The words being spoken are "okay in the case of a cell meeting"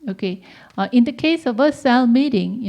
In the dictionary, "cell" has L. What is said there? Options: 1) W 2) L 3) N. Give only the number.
2